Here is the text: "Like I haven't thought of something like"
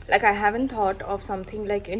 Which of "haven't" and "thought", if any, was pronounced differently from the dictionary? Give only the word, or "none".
thought